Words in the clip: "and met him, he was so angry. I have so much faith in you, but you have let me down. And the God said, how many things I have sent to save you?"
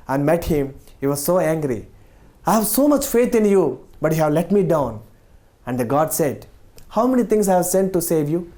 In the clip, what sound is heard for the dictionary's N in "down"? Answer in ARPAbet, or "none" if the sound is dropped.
N